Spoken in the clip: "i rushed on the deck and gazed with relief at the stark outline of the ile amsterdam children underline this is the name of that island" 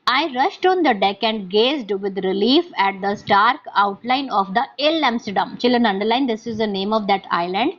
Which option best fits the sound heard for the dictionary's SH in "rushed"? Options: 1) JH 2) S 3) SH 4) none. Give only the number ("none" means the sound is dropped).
3